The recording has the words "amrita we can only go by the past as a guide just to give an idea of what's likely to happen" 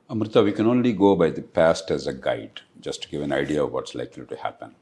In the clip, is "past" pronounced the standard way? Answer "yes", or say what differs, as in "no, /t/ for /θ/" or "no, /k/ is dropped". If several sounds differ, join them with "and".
yes